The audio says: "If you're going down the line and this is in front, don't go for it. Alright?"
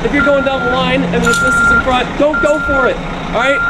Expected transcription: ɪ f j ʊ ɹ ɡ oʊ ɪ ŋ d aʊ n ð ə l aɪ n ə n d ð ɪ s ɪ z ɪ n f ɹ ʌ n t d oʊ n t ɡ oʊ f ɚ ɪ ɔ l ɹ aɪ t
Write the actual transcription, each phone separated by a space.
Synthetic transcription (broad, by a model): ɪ f j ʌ ɹ ɡ oʊ ɪ ŋ d aʊ n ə l aɪ n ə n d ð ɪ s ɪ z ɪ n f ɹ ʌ t d oʊ n t ɡ oʊ f ɚ ɪ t ɹ aɪ t